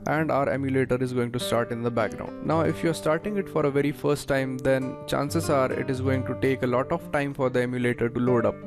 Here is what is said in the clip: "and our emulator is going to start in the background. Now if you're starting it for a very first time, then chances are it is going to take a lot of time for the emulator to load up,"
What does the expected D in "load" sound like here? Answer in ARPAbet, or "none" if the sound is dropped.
D